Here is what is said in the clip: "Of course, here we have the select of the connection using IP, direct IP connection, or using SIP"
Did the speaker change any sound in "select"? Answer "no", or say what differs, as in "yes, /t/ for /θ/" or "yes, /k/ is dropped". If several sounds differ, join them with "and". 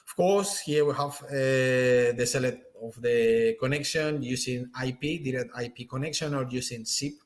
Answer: yes, /k/ is dropped